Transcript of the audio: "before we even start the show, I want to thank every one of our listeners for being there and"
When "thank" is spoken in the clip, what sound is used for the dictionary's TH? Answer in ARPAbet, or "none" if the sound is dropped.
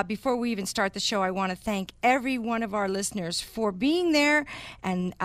TH